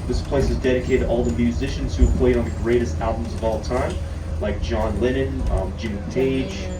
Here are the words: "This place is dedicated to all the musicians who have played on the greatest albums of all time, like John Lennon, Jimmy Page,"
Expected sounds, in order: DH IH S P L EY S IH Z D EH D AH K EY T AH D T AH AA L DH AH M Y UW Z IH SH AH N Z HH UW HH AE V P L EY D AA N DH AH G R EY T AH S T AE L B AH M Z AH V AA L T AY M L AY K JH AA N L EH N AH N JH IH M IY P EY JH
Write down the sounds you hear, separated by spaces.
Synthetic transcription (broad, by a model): DH IH S P L EY S IH Z D EH D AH K EY T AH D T AA L DH AH M Y UW Z IH SH AH N Z HH UW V P L EY D N DH AH G R EY T AH S T AE L B AH M Z AH V AA L T AY M L AY K JH AA N L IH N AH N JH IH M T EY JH